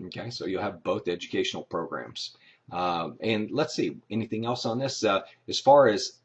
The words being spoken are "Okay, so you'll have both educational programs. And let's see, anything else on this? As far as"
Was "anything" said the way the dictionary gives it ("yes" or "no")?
yes